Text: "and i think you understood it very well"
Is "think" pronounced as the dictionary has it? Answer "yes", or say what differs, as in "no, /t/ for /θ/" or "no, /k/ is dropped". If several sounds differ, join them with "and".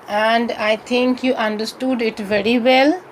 no, /t/ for /θ/